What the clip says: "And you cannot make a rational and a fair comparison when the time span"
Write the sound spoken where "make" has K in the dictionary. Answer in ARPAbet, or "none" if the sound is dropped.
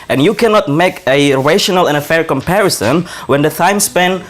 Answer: K